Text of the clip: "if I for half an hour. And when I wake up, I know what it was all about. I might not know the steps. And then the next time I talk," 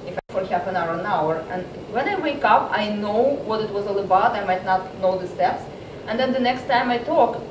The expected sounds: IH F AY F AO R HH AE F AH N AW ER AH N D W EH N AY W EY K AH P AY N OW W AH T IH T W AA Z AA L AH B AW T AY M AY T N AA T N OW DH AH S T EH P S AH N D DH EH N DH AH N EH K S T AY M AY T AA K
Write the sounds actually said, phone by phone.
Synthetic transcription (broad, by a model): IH F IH F AO R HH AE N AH N AW ER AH N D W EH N AY W EY K AH P AY N OW W AH T IH T W AA Z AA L AH B AW T AY M AY T N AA T N OW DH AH S T EH P S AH N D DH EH N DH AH N EH K S T AY M AY T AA K